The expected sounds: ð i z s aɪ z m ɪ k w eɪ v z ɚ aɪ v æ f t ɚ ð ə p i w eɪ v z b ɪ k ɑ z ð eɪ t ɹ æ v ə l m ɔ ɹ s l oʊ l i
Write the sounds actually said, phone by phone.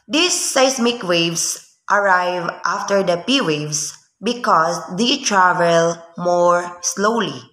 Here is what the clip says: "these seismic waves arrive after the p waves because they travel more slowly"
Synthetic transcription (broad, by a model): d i s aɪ s m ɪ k w eɪ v s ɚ aɪ v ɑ f t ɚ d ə p i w eɪ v s b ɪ k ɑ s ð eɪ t ɹ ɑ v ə l m ɔ ɹ s l oʊ l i